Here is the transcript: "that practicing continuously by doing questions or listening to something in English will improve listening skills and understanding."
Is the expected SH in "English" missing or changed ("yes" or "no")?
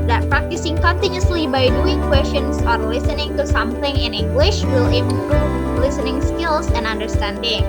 no